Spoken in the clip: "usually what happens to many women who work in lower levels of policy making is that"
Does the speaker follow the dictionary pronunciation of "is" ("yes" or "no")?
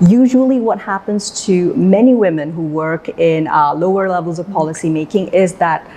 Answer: yes